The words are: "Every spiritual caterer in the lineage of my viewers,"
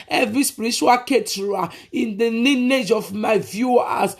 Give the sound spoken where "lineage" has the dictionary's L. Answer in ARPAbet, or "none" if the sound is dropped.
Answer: N